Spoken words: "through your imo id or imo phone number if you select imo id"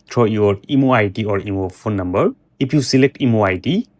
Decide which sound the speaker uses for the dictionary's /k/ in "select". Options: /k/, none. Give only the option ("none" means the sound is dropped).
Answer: /k/